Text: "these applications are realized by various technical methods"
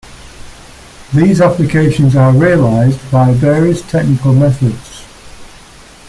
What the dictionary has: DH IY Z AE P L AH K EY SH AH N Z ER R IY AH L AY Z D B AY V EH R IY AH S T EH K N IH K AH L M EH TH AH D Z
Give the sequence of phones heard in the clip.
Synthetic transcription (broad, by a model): DH IY Z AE P L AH K EY SH AH N Z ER R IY AH L AY Z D B AY V EH R IY AH S T EH K N IH K AH L M EH TH AH D Z